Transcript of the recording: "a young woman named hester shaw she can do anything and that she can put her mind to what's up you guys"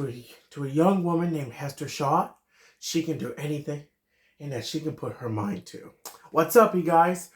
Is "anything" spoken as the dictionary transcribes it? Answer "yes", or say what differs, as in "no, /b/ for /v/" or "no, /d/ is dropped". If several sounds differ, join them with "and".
yes